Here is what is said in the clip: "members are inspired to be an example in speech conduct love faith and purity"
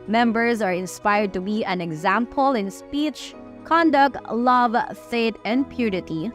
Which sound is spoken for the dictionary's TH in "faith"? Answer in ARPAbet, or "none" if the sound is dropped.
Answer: T